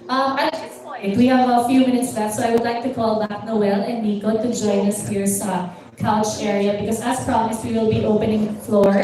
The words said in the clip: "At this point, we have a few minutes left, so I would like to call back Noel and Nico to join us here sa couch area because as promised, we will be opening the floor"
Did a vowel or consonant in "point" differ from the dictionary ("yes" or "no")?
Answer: yes